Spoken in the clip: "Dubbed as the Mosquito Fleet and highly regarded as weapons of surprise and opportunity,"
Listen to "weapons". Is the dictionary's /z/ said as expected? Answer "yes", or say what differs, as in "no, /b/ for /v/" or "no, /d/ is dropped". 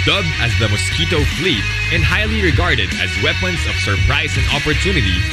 no, /s/ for /z/